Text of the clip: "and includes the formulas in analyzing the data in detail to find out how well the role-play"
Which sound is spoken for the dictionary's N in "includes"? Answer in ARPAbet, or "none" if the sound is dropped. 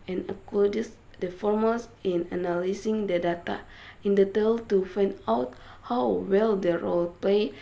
none